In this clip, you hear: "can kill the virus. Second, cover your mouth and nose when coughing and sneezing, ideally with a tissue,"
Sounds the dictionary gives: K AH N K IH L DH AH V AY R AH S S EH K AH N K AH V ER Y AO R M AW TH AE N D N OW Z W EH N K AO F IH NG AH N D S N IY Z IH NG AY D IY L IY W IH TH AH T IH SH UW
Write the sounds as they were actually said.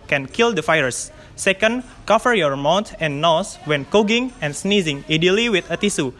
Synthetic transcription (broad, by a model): K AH N K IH L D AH F AY AH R S EH K AH N K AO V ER Y AO R M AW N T N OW S W EH N K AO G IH NG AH N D S N IY Z IH NG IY D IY L IY W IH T AH T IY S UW